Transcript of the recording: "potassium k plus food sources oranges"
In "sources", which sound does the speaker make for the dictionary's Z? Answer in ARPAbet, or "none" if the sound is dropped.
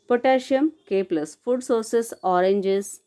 S